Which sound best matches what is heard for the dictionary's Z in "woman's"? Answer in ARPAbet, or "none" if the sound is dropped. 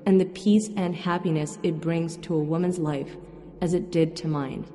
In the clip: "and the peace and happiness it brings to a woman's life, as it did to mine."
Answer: Z